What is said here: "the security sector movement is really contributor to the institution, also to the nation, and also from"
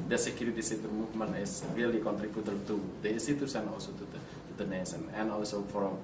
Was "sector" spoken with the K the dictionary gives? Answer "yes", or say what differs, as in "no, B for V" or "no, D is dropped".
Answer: no, K is dropped